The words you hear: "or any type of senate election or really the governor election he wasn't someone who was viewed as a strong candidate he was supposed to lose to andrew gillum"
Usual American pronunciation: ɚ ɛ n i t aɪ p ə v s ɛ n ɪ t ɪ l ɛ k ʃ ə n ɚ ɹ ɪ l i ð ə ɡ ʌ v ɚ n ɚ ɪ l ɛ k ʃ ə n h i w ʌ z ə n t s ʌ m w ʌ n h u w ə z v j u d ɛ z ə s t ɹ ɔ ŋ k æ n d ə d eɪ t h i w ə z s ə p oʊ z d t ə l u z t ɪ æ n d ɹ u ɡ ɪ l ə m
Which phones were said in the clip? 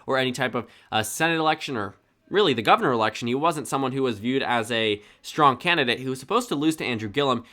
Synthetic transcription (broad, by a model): ɚ ɛ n i t aɪ p ə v s ɛ n ɪ t ɪ l ɛ k ʃ ə n ɚ ɹ ɪ l i ð ə ɡ ʌ v ɚ n ɚ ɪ l ɛ k ʃ n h i w ʌ z ə n t s ʌ m w ʌ n h u w ə z v j u d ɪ z ə s t ɹ ɔ ŋ k æ n d ə d eɪ t h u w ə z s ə p oʊ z t ə l u z t ɪ æ n d ɹ u ɡ ɪ l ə m